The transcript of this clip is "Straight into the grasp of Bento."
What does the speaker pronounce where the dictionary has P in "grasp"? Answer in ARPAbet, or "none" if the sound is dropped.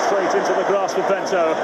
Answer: none